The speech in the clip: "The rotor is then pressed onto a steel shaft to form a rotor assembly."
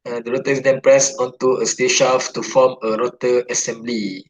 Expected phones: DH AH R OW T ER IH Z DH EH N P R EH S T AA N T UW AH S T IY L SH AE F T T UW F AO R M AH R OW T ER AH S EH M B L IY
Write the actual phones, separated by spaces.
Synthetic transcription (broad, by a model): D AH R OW T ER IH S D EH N P R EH S AA N T UW AH S T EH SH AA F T T UW F AO M AH R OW T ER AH S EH M B L IY